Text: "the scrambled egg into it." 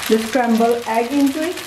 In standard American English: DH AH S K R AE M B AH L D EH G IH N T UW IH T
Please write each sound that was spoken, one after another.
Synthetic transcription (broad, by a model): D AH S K R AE M B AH L EH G IH N T UW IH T